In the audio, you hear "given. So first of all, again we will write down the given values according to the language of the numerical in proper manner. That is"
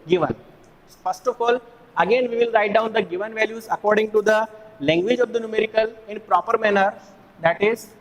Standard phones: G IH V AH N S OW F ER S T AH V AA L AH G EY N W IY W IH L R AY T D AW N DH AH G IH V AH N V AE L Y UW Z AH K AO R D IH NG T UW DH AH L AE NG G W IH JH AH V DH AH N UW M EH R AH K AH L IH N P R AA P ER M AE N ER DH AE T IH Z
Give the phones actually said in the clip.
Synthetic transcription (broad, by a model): G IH V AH N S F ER S T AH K AA L AH G EY N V IY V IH L R AY T D AW N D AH G IH V AH N V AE L Y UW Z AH K AO R D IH NG T UW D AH L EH NG G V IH JH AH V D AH N UW M EH R AH K AH L IH N P R AA P ER M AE N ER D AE T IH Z